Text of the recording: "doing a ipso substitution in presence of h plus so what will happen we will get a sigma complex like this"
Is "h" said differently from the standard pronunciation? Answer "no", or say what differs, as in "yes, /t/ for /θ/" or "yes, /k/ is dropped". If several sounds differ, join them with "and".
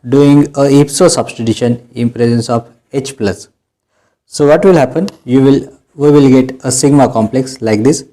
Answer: no